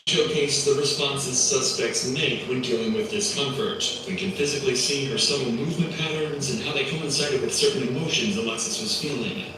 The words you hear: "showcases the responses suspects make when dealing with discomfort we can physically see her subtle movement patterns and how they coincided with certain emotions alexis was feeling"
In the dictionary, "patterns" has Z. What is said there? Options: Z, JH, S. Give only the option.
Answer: Z